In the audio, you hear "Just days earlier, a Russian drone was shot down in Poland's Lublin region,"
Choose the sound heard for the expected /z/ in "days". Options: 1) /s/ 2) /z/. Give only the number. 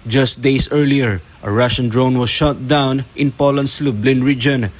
1